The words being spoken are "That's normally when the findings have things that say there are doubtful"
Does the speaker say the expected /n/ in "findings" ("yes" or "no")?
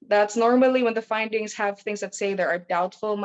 yes